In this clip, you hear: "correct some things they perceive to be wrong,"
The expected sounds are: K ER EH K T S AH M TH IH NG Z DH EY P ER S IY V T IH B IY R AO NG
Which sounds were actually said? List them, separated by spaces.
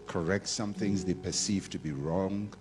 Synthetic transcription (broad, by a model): K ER EH K T S AH M TH IH NG Z DH EY P ER S IY V T IH B IY R AO NG